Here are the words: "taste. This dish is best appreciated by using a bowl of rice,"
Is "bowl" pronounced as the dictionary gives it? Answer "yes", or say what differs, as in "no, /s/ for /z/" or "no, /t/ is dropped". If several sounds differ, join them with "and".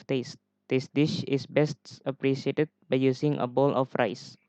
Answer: yes